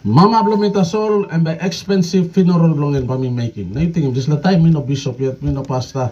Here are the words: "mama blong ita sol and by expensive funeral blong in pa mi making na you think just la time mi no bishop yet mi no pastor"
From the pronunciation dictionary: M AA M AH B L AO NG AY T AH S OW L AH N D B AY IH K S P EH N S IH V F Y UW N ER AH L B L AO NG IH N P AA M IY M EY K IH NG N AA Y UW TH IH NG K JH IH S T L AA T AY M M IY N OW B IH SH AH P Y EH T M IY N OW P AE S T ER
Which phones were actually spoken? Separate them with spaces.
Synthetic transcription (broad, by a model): M AA M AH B L AO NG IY T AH S OW L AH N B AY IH K S P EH N S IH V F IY N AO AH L B L AO NG IH N B AA M IY M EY K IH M N AA Y UW T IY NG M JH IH S L AA T AY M M IY N OW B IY S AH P Y EH T M IY N OW P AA S T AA